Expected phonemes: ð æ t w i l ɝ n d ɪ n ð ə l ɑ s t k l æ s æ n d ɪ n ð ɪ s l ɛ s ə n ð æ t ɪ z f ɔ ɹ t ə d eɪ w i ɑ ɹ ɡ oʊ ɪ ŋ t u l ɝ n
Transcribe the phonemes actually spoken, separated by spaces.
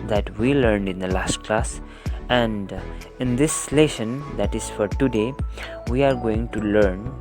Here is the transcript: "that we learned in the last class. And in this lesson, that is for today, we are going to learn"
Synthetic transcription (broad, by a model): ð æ t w i l ɝ n d ɪ n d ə l ɑ s t k l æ s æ n d ɪ n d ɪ s l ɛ ʃ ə n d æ t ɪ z f ɔ ɹ t ə d eɪ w i ɑ ɹ ɡ oʊ ɪ ŋ t u l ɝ n